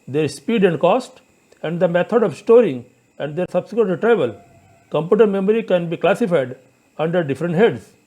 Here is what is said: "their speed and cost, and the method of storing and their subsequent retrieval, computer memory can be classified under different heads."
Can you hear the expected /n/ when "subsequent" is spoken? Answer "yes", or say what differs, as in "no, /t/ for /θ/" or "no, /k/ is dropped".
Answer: no, /n/ is dropped